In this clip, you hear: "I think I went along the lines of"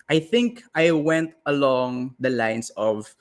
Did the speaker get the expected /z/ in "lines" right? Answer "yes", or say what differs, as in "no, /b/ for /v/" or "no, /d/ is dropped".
no, /s/ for /z/